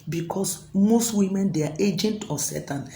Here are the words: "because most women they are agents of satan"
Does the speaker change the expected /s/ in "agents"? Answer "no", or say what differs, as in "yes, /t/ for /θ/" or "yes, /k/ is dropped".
yes, /s/ is dropped